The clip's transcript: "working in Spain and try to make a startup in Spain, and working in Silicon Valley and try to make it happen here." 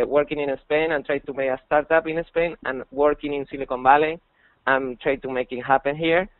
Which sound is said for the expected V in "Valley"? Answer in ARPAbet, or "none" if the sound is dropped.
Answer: B